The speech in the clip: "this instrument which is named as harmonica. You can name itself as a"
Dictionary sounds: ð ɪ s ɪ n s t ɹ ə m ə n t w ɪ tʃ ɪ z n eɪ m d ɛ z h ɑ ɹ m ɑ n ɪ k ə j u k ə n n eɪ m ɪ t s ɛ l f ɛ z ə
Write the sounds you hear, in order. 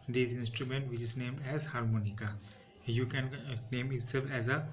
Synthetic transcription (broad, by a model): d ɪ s ɪ n s t ɹ ə m ə n t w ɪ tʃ ɪ z n eɪ m d ɛ z h ɑ ɹ m ɑ n ɪ k ə j u k ə n n eɪ m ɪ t s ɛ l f ɛ z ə